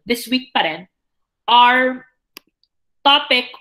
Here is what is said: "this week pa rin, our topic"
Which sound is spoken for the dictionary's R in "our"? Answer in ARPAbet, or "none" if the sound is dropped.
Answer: R